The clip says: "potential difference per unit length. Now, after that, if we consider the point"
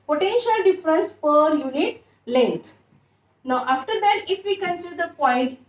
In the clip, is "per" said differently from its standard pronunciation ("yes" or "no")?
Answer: no